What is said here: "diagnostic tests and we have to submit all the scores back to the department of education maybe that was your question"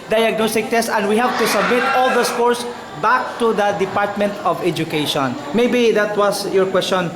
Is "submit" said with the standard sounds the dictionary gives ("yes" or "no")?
yes